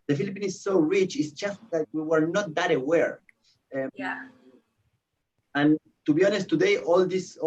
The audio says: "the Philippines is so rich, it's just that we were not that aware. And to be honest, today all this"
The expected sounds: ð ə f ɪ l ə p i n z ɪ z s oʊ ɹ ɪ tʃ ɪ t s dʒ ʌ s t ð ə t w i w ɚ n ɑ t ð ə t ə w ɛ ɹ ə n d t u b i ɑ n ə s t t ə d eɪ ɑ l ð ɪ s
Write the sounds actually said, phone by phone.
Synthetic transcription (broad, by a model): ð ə f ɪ l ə p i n ɪ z s oʊ ɹ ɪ tʃ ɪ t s dʒ ʌ s t ð ə t w i w ɚ n ɑ t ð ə t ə w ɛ ɹ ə n t u b i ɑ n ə s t t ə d eɪ ɑ l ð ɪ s